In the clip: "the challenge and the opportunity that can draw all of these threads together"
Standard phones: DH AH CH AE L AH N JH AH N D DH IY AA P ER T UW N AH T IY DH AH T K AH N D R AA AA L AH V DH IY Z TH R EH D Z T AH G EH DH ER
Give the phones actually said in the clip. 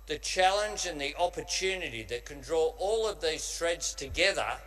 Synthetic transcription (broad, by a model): DH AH CH AE L AH N JH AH N DH IY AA P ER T UW N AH T IY DH AH T K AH N D R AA AA L AH V DH IY Z T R EH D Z T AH G EH DH ER